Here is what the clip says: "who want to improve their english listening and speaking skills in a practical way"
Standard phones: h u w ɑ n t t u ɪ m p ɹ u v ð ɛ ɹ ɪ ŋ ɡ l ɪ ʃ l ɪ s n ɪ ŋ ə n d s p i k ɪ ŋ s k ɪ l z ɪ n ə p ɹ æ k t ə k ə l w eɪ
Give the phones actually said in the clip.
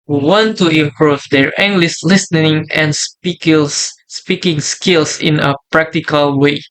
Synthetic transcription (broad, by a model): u w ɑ n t t u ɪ m p ɹ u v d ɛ ɹ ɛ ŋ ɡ l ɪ s l ɪ s n ɪ ŋ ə n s s p i k ɪ ŋ s k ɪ l s ɪ n ə p ɹ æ k t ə k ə l w eɪ